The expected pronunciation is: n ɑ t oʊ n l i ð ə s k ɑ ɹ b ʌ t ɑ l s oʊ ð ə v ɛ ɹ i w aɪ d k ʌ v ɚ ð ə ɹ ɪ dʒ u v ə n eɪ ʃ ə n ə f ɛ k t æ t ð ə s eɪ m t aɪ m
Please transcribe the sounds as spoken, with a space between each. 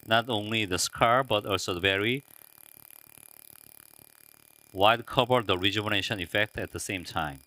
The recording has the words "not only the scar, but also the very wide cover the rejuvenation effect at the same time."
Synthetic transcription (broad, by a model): n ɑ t oʊ n l i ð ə s k ɑ ɹ b ʌ t ɑ l s oʊ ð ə v ɛ ɹ i w aɪ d k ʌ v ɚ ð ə ɹ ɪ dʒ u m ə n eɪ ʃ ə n ə f ɛ k t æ t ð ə s eɪ m t aɪ m